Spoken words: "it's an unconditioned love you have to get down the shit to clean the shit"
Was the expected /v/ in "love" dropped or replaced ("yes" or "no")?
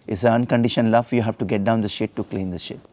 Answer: yes